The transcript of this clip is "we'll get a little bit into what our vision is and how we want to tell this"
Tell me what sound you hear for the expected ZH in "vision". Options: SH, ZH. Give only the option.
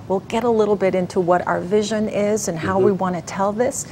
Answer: ZH